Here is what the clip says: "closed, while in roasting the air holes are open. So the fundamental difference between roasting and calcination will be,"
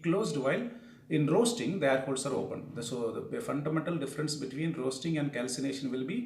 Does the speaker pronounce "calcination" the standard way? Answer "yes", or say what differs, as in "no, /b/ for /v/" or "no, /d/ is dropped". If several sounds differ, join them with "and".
yes